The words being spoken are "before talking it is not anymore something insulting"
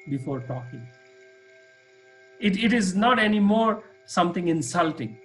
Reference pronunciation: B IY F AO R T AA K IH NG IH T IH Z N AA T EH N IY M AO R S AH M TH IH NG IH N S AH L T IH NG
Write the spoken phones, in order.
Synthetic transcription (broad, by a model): B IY F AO R T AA K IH NG IH T IH Z N AA T EH N IY M AO R S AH M T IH NG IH N S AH L T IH NG